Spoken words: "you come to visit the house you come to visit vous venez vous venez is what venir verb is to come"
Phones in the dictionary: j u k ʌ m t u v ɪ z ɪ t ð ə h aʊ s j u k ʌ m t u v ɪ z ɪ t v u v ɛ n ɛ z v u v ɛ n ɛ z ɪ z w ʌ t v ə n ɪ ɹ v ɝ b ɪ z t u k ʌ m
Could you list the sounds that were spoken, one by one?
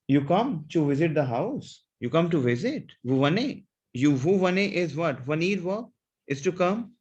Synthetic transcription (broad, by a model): j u k ʌ m t u v ɪ z ɪ t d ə h aʊ s j u k ʌ m t u v ɪ z ɪ t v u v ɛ n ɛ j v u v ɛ n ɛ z ɪ z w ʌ t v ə n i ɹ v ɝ ɪ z t u k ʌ m